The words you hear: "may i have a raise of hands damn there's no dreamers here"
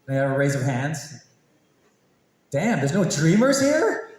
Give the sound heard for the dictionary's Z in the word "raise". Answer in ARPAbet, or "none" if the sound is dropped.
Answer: Z